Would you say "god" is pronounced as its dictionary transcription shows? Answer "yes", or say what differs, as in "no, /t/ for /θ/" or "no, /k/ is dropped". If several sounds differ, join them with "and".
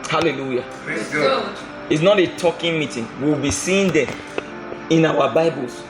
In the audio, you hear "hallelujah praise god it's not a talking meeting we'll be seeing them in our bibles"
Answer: no, /d/ is dropped